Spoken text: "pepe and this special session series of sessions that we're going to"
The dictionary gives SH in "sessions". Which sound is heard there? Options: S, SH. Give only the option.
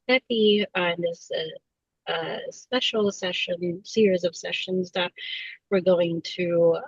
SH